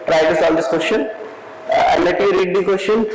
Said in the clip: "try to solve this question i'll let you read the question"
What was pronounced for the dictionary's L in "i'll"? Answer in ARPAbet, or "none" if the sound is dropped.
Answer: N